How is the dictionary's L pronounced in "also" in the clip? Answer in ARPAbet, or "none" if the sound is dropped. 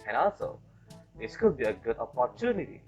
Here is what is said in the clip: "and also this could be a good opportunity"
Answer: L